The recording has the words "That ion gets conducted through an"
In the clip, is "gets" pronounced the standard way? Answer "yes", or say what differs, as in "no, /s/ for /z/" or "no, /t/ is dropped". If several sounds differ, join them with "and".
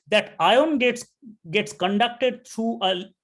yes